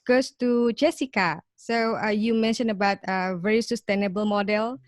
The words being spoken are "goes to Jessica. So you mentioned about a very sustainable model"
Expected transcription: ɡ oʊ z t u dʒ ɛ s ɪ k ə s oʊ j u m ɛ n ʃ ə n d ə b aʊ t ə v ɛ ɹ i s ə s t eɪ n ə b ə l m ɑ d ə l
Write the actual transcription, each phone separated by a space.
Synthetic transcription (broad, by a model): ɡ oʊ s t u dʒ ɛ s ɪ k ə s oʊ j u m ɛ n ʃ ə n ə b aʊ t ə v ɛ ɹ i s ə s t eɪ n ə b ə l m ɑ d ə l